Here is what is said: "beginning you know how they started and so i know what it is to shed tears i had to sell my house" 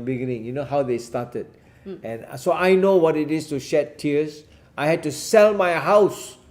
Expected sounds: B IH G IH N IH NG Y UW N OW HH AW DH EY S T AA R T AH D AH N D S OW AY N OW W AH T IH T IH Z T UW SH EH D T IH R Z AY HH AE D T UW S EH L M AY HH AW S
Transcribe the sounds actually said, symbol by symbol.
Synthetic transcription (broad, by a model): B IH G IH N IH NG Y UW N OW HH AW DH EY S T AA T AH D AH N S OW AY N OW W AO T IH T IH S T UW SH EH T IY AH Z AY HH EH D T UW S EH L M AY HH AW S